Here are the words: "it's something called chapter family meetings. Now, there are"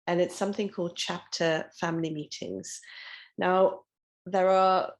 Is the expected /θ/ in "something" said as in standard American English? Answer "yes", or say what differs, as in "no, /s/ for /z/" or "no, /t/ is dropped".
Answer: yes